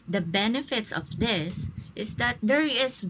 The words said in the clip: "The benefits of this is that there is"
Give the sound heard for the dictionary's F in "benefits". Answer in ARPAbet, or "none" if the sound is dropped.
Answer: F